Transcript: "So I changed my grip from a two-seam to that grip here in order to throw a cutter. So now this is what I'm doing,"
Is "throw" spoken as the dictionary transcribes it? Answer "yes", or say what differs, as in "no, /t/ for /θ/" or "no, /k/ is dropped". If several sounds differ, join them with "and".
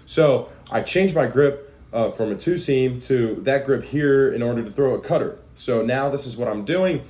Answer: yes